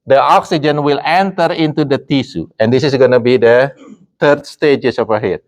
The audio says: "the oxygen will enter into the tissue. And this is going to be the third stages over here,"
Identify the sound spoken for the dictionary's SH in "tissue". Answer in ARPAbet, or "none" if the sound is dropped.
S